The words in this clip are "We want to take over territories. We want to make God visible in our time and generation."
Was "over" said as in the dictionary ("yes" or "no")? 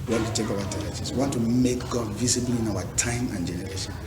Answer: no